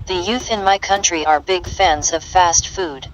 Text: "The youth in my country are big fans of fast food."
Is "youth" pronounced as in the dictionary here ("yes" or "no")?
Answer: yes